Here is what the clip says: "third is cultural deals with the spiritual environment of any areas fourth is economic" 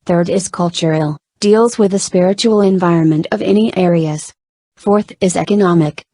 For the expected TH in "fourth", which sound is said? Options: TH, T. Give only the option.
TH